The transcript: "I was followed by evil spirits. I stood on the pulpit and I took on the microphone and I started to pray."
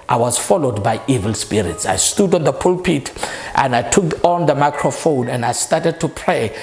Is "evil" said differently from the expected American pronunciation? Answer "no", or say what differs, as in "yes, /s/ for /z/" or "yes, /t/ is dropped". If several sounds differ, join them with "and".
no